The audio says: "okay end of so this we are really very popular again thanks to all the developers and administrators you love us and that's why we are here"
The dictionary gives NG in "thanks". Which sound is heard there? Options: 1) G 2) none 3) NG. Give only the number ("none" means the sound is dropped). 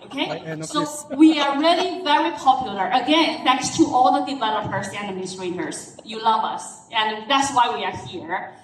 2